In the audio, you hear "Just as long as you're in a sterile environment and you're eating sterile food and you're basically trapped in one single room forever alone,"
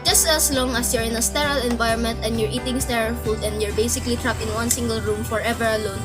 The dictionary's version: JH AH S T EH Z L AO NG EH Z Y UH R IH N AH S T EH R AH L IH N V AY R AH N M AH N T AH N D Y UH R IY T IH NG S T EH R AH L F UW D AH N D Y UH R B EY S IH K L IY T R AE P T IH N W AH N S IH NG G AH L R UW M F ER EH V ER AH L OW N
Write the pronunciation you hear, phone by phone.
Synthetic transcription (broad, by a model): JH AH S T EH S L AO NG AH S Y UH R IH N AH S T EH R AH L IH N V AY R AH N M AH N T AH N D Y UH R IY T IH NG S T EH R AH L F UW D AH N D Y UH R B EY S IH K L IY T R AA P IH N W AH N S IH NG G AH L R UW M F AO EH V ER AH L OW N